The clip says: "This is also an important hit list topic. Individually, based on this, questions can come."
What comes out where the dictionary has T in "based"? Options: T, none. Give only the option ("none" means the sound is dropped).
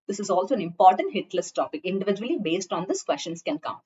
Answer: T